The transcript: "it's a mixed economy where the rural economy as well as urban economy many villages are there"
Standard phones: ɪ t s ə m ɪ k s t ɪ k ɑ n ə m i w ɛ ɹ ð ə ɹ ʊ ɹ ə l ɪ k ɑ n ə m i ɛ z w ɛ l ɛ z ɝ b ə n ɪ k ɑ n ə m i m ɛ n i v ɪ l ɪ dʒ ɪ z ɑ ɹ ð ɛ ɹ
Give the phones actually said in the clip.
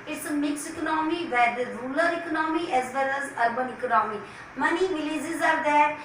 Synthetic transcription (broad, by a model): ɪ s m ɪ k s ɪ k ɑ n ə m i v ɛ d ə ɹ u l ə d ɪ k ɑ n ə m i ɛ z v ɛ l ɛ z ɝ b ə n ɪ k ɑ n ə m i m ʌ n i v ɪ l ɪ z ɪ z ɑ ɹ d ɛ